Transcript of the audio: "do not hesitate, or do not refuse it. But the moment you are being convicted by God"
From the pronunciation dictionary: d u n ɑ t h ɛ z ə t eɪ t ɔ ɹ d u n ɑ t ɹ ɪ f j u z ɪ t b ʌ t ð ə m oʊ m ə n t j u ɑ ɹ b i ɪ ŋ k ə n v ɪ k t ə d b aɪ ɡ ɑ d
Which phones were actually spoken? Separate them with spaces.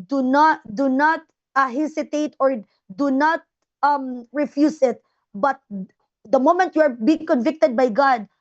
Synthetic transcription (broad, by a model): d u n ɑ t h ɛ s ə t eɪ t ɔ ɹ d u n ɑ t ɹ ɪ f j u s ɪ t b ʌ t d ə m oʊ m ə n t j u ɑ ɹ b i ɪ ŋ k ə n v ɪ k t ə d b aɪ ɡ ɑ d